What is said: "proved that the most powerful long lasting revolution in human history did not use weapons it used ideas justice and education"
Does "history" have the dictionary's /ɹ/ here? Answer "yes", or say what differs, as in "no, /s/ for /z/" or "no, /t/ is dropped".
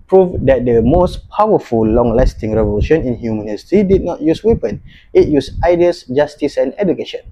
no, /ɹ/ is dropped